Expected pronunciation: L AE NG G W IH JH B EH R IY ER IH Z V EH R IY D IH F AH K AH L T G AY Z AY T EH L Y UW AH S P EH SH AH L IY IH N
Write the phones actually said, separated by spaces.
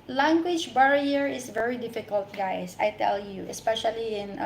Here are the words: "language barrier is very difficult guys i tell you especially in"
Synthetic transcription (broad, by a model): L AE NG G W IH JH B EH R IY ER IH S V EH R IY D IH F AH K AH L T G AY S AY T EH L Y UW AH S P EH SH AH L IY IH N